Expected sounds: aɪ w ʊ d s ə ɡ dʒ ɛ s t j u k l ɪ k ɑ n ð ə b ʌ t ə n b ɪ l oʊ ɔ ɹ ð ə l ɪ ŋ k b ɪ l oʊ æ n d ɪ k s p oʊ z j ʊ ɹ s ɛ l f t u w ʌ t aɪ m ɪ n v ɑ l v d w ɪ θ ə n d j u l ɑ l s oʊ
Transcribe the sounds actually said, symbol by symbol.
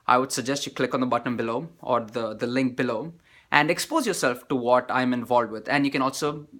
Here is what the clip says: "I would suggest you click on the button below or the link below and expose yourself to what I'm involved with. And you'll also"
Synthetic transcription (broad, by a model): aɪ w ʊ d s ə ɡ dʒ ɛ s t j u k l ɪ k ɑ n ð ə b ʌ t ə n b ɪ l oʊ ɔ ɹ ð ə l ɪ ŋ k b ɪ l oʊ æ n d ɪ k s p oʊ z j ʊ ɹ s ɛ l f t u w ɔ t aɪ m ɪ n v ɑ l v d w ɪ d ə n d j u n ɑ l s oʊ